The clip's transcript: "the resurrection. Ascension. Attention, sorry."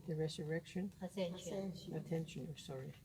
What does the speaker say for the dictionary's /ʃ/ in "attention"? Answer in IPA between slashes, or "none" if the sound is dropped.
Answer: none